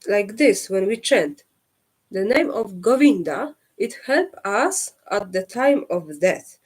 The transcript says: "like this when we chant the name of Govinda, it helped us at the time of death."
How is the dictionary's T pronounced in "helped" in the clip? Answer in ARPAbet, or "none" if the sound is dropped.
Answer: none